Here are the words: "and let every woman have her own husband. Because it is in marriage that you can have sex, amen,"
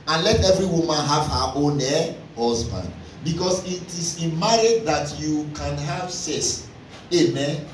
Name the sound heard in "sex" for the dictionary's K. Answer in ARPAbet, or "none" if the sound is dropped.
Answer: none